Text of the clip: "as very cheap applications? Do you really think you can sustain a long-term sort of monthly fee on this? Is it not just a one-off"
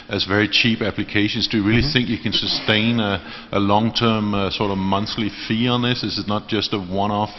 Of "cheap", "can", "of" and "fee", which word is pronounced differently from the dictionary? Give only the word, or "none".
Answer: none